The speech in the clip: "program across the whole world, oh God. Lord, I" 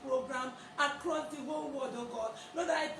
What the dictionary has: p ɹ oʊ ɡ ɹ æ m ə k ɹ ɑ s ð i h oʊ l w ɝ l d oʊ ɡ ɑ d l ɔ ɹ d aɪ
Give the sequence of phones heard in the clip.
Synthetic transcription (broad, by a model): p ɹ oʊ ɡ ɹ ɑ m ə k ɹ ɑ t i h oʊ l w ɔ d oʊ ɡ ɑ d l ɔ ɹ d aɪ